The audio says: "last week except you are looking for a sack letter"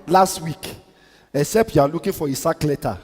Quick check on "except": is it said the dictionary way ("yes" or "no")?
no